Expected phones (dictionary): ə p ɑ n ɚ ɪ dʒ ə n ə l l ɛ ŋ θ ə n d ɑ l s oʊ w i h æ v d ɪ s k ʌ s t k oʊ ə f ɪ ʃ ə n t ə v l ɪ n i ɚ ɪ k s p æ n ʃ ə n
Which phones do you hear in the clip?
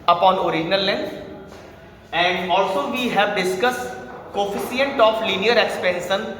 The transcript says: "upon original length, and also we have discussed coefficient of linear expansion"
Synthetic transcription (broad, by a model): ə p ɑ n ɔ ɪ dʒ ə n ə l l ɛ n ə n d ɑ l s oʊ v i h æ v d ɪ s k ʌ s t k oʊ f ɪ s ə n t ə f l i n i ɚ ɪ k s p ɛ n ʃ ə n